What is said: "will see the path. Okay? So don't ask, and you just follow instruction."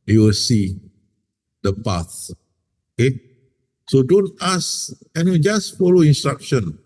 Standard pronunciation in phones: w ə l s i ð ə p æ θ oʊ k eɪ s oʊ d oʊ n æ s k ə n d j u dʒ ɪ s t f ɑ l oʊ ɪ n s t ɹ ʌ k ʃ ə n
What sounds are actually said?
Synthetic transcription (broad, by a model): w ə l s i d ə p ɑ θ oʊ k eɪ s oʊ d oʊ n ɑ s ə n dʒ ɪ s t f ɑ l oʊ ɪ n s t ɹ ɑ k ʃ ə n